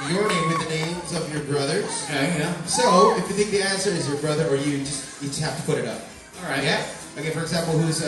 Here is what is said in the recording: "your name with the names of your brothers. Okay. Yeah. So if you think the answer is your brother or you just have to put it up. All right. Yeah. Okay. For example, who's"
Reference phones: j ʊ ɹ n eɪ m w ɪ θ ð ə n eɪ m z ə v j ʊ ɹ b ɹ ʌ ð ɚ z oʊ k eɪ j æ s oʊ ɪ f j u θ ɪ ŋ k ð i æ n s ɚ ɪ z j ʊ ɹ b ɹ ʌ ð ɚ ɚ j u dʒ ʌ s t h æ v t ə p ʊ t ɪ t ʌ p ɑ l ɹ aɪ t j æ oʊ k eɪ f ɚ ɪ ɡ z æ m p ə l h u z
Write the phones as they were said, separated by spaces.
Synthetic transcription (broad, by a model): j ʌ ɹ n eɪ m w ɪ ð ə n eɪ m z ə v j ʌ ɹ b ɹ ʌ ð ɚ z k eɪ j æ s oʊ ɪ f j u θ ɪ ŋ k ð i æ n s ɚ ɪ z j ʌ ɹ b ɹ ʌ ð ɚ ɚ j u dʒ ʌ s t h æ f t ə p ʊ t ɪ t ʌ p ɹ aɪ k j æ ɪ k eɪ f ɚ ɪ ɡ z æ m p l h u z